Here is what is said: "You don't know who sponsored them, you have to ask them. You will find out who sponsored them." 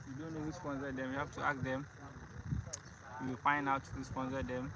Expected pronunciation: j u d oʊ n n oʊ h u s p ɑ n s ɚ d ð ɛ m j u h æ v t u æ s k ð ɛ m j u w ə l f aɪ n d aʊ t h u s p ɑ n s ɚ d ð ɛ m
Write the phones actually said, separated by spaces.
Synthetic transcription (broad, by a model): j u d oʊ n n oʊ h u s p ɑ n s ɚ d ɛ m j u h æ f t u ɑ k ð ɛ m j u w ə l f aɪ n d aʊ t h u s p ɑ n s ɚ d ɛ m